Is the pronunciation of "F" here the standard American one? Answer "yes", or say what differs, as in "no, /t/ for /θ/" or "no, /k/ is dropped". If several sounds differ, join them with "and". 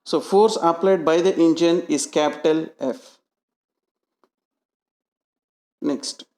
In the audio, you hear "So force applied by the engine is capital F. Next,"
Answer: yes